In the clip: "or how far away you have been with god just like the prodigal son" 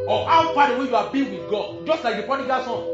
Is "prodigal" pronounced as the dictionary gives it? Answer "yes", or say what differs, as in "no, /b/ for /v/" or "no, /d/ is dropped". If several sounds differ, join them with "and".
no, /ɹ/ is dropped